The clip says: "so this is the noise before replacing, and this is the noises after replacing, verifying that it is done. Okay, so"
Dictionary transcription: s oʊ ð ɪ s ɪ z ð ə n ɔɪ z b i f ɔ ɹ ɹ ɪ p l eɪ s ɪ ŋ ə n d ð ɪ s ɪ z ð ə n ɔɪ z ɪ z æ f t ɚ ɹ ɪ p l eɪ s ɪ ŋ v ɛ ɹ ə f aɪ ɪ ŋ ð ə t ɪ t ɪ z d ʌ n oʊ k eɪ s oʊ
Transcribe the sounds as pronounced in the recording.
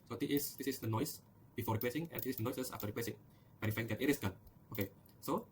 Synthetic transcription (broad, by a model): s oʊ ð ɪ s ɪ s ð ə n ɔɪ s b i f ɔ ɹ ɹ ɪ p l eɪ s ɪ ŋ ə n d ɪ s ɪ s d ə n ɔɪ s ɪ s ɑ f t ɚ ɹ ɪ p l eɪ s ɪ ŋ b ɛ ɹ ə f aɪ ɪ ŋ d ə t ɪ t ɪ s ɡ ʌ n oʊ k eɪ s oʊ